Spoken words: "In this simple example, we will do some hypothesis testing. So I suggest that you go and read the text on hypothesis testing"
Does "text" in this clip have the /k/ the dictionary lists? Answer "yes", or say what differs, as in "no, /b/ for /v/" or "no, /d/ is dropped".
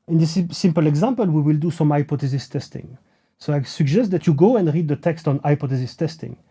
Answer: yes